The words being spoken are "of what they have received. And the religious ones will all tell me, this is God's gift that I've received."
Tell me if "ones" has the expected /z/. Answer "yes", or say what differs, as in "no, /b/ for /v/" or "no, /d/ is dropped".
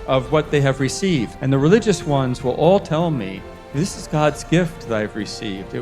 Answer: yes